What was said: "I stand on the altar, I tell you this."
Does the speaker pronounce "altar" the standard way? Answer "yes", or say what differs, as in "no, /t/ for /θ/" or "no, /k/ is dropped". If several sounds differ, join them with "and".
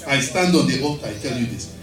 no, /l/ is dropped